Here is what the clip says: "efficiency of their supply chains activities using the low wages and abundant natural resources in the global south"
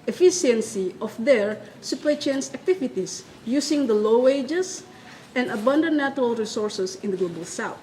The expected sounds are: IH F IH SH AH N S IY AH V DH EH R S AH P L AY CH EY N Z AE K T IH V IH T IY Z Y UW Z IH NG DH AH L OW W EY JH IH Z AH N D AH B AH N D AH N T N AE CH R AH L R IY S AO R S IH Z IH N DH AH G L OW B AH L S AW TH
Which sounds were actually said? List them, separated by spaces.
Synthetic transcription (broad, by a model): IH F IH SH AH N S IY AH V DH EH R S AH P EH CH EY N S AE K T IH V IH T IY S Y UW S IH NG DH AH L OW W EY JH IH S AH N D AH B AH N D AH N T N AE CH R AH L R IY S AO R S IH S IH N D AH G L OW B AH L S AW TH